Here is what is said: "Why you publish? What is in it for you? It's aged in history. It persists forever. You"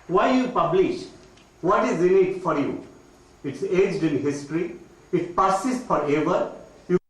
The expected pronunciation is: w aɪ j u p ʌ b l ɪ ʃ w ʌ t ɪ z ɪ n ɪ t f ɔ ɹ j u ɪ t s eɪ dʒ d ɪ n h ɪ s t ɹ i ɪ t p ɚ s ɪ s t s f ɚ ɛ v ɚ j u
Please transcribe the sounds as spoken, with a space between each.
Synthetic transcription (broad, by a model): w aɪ j u p ʌ b l ɪ ʃ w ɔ t ɪ z ɪ n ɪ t f ɔ ɹ j u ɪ t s eɪ dʒ d ɪ n h ɪ s t ɹ i ɪ t p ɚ s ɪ s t f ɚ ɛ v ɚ j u